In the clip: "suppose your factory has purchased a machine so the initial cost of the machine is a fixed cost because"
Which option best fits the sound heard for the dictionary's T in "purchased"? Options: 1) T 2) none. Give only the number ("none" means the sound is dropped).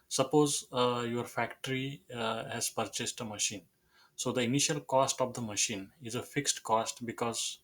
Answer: 1